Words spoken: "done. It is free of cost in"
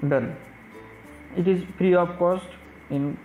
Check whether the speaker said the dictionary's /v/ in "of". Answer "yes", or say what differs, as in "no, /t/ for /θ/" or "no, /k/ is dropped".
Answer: no, /p/ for /v/